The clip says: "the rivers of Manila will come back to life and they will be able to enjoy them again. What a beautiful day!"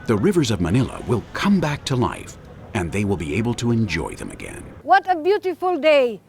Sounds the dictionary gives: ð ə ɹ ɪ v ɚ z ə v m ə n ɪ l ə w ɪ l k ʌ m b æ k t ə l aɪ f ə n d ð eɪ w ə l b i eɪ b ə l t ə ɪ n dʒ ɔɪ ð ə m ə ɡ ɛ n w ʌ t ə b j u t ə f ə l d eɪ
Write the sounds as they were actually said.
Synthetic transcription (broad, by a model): ð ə ɹ ɪ v ɚ z ə v m ə n ɪ l ə w ɪ l k ʌ m b æ k t ə l aɪ f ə n ð eɪ w ə l b i eɪ b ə l t ə ɪ n dʒ ɔɪ ð ə m ə ɡ ɛ n w ʌ t ə b j u t ə f ə l d eɪ